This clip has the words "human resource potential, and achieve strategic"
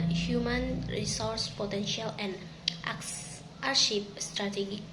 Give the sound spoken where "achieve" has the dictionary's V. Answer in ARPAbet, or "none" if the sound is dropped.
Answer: P